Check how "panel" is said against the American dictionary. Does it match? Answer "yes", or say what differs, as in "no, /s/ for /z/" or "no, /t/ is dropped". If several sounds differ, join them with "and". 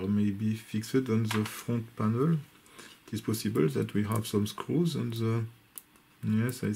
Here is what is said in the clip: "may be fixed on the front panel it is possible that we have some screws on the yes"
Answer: yes